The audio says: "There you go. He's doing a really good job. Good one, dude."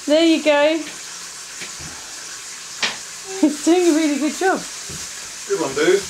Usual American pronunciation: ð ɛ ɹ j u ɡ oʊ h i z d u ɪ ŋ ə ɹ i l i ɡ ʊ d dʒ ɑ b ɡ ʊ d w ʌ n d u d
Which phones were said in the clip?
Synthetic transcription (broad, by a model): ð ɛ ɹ j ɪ ɡ oʊ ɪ s d u ɪ ŋ ə ɹ i l i ɡ ʊ d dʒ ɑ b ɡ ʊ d w ʌ n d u